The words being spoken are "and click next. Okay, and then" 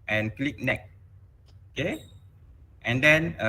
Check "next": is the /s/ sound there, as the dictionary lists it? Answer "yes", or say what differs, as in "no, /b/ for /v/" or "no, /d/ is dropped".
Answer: no, /s/ is dropped